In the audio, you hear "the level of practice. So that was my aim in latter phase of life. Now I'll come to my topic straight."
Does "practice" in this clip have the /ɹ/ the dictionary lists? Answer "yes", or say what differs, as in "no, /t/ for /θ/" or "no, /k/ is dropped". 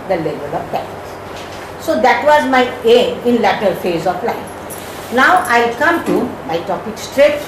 no, /ɹ/ is dropped